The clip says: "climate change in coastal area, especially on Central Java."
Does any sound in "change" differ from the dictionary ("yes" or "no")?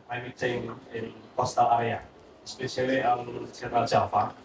yes